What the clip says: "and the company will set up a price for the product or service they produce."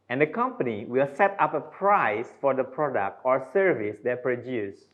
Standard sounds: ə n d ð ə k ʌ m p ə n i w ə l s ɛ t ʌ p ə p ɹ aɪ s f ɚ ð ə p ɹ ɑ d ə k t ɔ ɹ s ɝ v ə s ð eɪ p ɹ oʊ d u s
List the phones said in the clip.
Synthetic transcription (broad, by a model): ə n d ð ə k ʌ m p ə n i w ə l s ɛ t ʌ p ə p ɹ aɪ s f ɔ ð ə p ɹ ɑ d ə k t ɔ ɹ s ɝ v ə s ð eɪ p ɹ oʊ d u s